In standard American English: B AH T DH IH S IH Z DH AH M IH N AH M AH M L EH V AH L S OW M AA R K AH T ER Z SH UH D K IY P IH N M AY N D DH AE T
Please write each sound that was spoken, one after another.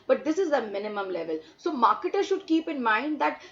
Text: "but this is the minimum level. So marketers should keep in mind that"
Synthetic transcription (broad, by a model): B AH T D IH S IH Z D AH M IH N AH M AH M L EH V AH L S OW M AA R K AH T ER SH UH D K IY P IH N M AY N D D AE T